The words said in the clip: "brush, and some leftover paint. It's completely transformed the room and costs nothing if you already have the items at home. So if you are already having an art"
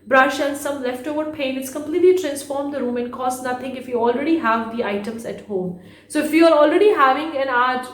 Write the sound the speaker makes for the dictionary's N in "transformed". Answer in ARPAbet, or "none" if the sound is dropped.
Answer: N